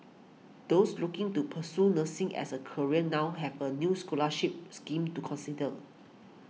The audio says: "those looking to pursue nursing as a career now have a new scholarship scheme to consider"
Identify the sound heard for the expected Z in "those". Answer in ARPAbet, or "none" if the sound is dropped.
S